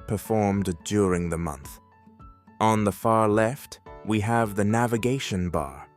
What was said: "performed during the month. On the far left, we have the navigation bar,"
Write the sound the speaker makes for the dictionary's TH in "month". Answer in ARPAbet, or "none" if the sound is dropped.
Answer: TH